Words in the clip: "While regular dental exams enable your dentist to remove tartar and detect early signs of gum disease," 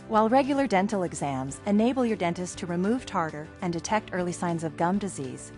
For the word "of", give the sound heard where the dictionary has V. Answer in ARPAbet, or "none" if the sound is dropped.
V